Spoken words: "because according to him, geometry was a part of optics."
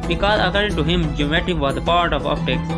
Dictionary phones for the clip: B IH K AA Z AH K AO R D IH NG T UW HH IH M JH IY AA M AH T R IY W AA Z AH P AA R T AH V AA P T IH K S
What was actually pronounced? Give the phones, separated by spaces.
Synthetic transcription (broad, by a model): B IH K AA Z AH K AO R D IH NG T UW HH IH M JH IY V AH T IY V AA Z AH P AA R T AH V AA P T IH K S